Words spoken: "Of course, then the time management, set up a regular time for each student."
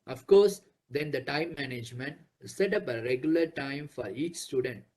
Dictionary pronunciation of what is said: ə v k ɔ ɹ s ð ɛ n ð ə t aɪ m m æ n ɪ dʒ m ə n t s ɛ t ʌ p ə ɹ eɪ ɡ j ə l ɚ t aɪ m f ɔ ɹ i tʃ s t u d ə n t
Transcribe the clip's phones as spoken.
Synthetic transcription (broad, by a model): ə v k ɔ ɹ s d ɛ n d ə t aɪ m m æ n ɪ dʒ m ə n t s ɛ t ʌ p ə ɹ eɪ ɡ j ə l ɚ t aɪ m f ɔ ɹ i tʃ s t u d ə n t